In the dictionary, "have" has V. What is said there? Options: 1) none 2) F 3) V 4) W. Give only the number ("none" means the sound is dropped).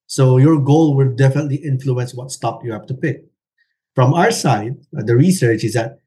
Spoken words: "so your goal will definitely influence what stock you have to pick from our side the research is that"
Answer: 2